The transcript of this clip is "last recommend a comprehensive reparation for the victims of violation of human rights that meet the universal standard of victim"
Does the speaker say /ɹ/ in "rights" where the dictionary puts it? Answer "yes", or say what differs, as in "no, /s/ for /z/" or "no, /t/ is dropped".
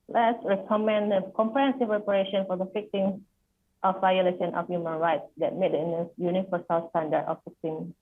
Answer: yes